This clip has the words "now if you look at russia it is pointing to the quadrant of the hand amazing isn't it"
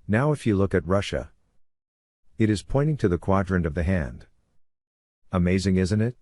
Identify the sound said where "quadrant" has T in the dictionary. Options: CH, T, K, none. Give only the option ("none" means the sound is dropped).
none